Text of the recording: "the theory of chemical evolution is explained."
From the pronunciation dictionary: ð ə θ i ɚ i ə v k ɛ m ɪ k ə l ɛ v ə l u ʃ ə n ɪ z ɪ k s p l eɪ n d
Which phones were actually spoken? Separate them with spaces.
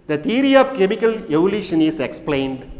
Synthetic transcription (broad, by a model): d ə t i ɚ i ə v k ɛ m ɪ k ə l ɛ v ə l u ʃ ə n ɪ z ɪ k s p l eɪ n d